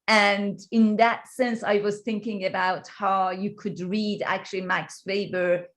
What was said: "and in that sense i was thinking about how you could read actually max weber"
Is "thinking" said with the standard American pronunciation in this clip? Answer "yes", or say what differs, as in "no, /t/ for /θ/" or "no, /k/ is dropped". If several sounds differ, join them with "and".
yes